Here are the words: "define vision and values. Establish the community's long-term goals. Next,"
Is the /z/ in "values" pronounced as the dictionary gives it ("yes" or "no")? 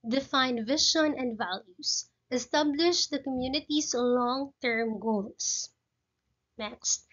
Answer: no